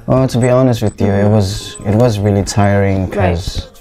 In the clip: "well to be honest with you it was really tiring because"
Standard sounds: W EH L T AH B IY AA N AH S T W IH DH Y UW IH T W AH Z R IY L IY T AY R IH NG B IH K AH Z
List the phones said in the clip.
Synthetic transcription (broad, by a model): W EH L T AH B IY AA N AH S T W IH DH Y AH IH T W AH Z R IY L IY T AY R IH NG K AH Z